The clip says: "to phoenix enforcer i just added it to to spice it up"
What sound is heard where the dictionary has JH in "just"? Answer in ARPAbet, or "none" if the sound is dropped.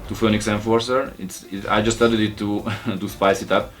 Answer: JH